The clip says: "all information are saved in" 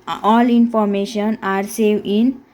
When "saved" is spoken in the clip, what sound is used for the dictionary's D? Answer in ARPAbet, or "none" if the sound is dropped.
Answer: none